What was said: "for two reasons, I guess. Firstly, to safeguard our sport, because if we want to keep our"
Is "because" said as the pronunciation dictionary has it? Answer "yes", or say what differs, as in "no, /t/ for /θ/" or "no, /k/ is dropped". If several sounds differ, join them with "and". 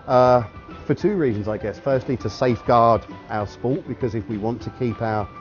yes